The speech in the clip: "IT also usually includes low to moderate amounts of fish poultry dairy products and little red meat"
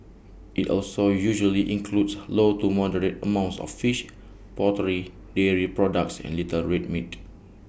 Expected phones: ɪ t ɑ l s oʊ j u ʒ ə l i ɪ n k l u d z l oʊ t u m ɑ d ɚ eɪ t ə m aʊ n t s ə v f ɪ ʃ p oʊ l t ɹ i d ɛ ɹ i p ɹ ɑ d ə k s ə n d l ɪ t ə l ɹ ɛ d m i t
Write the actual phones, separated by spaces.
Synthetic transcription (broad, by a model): ɪ t ɑ l s oʊ j u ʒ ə l i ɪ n k l u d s l oʊ t u m ɑ d ɚ eɪ t ə m aʊ n t s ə f f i ʃ p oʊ t ɹ i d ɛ ɹ i p ɹ ɑ d ə k s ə n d l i t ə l ɹ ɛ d m i t